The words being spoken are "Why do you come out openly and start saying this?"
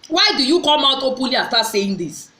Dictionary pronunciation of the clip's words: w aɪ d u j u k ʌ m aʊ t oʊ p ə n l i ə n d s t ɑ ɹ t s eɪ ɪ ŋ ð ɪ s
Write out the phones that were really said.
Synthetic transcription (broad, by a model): w aɪ d u j u k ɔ m aʊ t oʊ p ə l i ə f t ɑ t s eɪ ɪ ŋ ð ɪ s